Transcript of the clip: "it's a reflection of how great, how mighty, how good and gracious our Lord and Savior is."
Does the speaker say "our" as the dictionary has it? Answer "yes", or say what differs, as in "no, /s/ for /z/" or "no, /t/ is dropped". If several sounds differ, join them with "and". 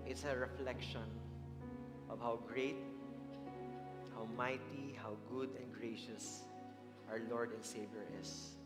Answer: yes